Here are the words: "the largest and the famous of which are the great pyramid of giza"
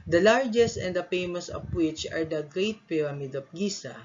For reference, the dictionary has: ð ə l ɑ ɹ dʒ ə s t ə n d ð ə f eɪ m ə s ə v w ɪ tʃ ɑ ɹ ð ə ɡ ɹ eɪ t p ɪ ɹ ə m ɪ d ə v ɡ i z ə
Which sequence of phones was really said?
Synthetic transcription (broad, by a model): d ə l ɑ ɹ dʒ ə s t ə n d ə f eɪ m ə s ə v w ɪ tʃ ɑ ɹ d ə ɡ ɹ eɪ t p ɪ ɹ ə m ɪ d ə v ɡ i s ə